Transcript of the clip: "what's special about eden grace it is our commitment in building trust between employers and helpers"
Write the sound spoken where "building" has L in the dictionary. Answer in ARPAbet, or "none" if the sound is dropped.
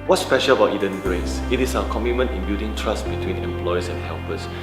none